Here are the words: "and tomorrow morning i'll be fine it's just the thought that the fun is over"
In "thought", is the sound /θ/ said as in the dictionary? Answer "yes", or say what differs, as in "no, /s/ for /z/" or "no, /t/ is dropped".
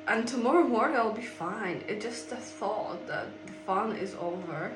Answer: yes